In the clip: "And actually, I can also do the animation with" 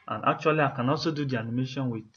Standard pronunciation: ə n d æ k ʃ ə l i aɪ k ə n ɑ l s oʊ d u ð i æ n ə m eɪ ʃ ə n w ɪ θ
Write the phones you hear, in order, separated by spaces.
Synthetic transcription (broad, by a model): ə n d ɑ k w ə l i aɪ k ə n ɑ s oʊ d u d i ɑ n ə m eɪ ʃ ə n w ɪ